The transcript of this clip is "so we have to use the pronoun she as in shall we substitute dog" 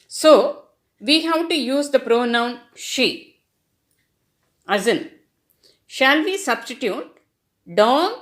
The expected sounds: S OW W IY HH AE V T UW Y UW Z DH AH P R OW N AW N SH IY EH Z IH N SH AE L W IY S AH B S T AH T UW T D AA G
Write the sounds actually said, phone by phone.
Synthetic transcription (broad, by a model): S OW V IY HH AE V T UW Y UW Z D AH P R OW N AW N SH IY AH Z IH N SH AE L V IY S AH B S T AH T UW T D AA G